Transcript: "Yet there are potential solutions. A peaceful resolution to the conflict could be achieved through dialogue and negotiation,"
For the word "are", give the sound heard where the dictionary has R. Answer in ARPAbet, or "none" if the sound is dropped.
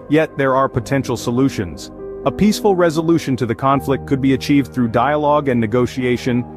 R